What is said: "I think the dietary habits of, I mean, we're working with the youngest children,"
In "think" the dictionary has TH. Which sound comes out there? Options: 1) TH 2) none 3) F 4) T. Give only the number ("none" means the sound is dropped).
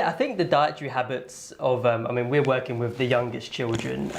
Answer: 1